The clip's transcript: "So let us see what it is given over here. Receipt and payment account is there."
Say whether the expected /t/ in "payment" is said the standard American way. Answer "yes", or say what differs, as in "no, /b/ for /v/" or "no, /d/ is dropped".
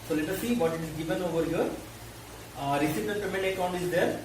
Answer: no, /t/ is dropped